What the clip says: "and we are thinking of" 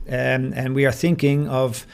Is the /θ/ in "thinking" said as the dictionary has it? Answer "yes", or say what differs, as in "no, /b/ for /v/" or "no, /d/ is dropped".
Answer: yes